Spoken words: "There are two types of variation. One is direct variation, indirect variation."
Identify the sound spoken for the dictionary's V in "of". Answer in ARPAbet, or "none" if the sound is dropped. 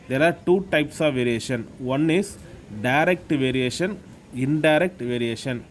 V